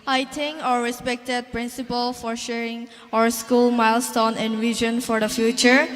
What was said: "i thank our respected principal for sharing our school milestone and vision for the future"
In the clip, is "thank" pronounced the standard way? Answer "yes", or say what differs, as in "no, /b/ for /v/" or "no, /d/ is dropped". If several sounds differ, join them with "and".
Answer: no, /t/ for /θ/ and /k/ is dropped